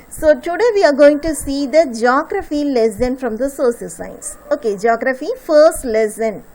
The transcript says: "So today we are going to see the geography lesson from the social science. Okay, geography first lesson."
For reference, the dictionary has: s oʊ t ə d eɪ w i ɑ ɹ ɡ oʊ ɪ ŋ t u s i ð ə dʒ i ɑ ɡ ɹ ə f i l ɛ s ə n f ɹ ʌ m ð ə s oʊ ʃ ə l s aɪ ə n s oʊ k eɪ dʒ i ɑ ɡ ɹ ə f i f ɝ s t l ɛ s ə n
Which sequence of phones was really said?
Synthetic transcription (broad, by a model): s oʊ t ə d eɪ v i ɑ ɹ ɡ oʊ ɪ ŋ t u s i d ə dʒ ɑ ɡ ɹ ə f i l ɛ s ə n f ɹ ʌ m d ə s oʊ s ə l s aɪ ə n s oʊ k eɪ dʒ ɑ ɡ ɹ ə f i f ɝ s t l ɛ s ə n